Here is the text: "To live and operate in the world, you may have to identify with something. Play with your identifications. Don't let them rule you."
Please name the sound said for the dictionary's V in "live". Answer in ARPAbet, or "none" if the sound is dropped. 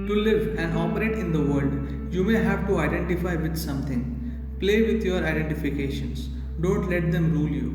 V